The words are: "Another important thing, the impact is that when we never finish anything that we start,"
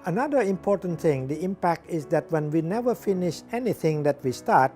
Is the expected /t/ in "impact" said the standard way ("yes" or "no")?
yes